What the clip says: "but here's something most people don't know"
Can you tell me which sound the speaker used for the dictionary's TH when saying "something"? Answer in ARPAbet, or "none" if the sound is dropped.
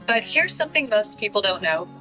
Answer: TH